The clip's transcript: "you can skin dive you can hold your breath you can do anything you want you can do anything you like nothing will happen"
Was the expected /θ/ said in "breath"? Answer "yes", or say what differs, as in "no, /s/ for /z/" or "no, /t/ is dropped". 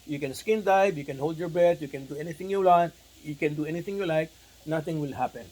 no, /t/ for /θ/